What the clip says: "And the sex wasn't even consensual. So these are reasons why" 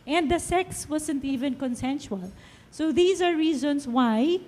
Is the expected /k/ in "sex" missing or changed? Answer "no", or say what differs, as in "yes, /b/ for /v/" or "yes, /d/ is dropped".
no